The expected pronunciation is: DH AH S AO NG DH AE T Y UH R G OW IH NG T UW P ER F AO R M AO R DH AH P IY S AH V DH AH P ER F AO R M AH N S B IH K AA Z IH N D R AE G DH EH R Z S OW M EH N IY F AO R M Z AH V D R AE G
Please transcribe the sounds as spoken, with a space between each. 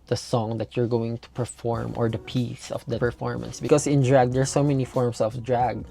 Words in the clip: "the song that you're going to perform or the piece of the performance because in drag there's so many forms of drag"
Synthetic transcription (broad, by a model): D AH S AO NG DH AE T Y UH R G OW IH NG T UW P ER F AO R M AO R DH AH P IY S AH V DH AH P ER F AO R M AH N S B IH K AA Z IH N D R AE G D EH R S OW M EH N IY F AO R M S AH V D R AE G